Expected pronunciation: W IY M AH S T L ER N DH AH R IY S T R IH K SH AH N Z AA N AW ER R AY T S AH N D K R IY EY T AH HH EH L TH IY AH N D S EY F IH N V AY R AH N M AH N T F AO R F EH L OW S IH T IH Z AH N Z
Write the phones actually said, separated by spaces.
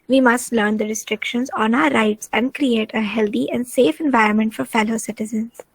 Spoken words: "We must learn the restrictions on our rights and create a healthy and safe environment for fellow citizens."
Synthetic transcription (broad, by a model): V IY M AH S T L ER N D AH R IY S T R IH K SH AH N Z AA N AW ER R AY T S AH N D K R IY EY T AH HH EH L T IY AH N D S EY F IH N V AY R AH N M AH N T F AO R F EH L OW S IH T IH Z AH N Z